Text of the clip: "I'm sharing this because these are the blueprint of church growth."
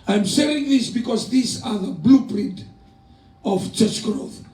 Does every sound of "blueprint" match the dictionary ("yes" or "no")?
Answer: yes